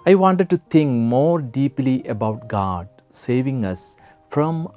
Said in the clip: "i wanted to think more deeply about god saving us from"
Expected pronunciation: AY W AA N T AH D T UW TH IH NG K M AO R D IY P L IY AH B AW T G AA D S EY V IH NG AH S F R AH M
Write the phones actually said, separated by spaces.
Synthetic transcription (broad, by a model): AY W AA N T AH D T UW T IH NG K M AO R D IY P L IY AH B AW T G AA D S EY V IH NG AH S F R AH M